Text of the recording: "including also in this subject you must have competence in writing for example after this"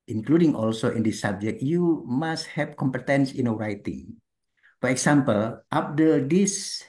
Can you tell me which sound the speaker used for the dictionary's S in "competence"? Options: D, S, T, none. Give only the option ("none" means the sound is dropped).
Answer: S